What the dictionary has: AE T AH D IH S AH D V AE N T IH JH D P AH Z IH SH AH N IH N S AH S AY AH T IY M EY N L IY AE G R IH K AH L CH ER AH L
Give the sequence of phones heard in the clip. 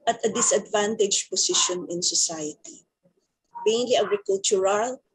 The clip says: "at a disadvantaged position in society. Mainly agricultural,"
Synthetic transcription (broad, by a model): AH T AH D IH S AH D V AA N T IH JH P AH S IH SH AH N IH N S AH S AY AH T IY M EY N L IY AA G R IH K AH L CH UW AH L